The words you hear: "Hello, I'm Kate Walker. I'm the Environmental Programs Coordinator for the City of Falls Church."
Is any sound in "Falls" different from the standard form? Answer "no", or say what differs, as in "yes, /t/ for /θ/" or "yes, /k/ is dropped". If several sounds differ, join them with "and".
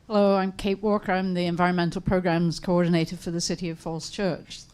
yes, /s/ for /z/